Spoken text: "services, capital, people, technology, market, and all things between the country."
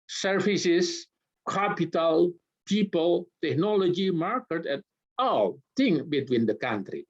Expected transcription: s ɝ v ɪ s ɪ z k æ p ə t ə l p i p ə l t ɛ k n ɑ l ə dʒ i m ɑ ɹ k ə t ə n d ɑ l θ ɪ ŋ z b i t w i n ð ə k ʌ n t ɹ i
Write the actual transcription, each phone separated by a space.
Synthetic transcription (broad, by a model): s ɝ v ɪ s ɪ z k æ p ə t ə l p i p ə l t ɛ k n ɑ l ə dʒ i m ɑ ɹ k ə t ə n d ɑ l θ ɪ ŋ b i t w i n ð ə k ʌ n t ɹ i